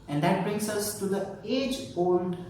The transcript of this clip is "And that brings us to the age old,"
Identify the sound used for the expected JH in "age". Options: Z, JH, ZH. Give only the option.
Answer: JH